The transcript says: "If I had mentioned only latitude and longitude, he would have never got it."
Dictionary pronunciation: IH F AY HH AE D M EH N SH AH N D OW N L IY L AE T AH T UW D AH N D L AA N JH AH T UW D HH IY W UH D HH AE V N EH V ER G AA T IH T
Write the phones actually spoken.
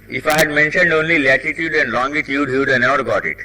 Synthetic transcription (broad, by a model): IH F AY HH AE D M EH N SH AH N D OW N L IY L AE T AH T UW D AH N D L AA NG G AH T UW D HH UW D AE N EH V ER G AA T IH T